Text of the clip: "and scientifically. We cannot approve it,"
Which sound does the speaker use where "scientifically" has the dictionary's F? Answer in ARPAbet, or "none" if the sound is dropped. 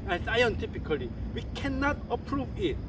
P